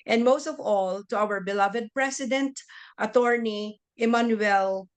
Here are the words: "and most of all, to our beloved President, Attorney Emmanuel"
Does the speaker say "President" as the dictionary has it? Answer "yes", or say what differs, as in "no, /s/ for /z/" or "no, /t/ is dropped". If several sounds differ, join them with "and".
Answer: no, /s/ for /z/